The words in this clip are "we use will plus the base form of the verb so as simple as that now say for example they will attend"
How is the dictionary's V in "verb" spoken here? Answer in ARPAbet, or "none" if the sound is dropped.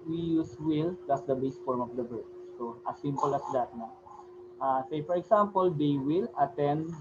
B